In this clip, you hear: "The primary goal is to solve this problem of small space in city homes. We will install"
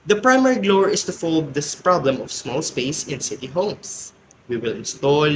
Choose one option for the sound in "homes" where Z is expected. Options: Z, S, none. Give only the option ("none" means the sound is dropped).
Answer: S